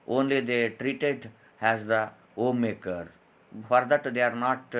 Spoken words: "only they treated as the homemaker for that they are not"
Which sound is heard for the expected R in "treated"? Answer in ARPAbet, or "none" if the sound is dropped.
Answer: R